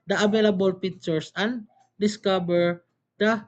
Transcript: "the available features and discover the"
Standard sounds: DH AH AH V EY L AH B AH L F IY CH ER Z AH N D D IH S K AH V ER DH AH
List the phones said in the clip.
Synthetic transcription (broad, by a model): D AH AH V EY L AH B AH L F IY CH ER S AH N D D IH S K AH B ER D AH